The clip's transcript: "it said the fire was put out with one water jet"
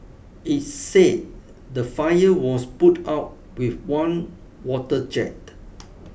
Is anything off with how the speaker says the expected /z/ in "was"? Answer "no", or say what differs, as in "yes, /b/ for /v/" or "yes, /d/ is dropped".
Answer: yes, /s/ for /z/